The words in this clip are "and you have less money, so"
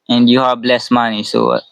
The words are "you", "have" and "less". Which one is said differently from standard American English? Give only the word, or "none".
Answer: have